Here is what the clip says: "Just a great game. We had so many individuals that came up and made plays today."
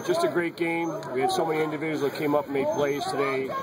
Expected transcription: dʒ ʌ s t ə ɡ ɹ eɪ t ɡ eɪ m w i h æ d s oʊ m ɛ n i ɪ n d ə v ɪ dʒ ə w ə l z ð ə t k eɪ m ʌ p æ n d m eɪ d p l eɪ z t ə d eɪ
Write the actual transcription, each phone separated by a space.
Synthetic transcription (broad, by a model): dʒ ʌ s t ə ɡ ɹ eɪ t ɡ eɪ m w i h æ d s oʊ m ɛ n i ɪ n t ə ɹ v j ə z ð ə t k eɪ m ʌ p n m eɪ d p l eɪ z t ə d eɪ